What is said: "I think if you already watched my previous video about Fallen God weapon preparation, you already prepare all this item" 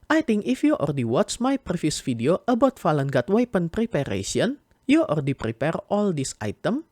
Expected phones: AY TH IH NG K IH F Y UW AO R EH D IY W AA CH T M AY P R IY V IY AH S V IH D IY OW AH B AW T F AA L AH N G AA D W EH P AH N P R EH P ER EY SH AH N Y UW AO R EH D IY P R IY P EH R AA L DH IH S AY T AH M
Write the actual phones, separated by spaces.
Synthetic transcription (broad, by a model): AY T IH NG K IH F Y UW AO R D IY W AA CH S M AY P R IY F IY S F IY D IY OW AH B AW T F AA L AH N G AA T W EH P AH N P R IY P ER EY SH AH N Y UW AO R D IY P R IY P EH R AA L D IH S AY T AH M